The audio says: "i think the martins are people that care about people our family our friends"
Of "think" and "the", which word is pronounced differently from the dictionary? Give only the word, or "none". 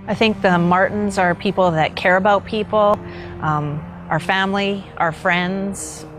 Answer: none